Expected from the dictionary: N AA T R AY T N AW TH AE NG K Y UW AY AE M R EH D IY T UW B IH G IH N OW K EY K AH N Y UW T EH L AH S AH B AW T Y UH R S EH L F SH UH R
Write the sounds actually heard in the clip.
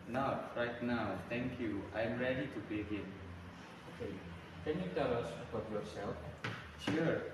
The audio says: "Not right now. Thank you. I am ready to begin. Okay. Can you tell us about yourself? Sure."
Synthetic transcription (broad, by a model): N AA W R AY T N AW T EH NG K Y UW AY M R EH D IY T UW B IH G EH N OW K EY K AH N Y UW T EH L AH S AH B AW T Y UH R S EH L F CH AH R